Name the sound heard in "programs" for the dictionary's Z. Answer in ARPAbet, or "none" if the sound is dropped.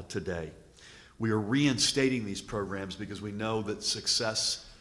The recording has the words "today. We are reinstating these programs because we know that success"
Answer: Z